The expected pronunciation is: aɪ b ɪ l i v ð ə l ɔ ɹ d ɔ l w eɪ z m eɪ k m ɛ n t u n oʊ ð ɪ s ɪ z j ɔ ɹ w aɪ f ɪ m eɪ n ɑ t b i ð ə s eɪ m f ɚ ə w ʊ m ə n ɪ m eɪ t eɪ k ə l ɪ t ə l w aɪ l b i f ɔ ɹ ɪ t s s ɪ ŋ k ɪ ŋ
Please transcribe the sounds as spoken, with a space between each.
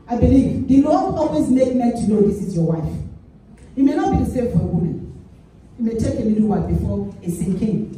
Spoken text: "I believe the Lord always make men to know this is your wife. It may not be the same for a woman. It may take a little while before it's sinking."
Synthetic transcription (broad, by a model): aɪ b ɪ l i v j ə n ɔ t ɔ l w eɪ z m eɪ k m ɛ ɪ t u n oʊ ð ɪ s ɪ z j ɔ w aɪ f ɪ m eɪ n ɑ t b i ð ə s eɪ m f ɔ ə w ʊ m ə n ɪ m eɪ t eɪ k ə n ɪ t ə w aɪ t b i f ɔ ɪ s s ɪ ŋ k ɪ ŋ